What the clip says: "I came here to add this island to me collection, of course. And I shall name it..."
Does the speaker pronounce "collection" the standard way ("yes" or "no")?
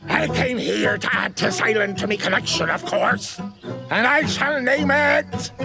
no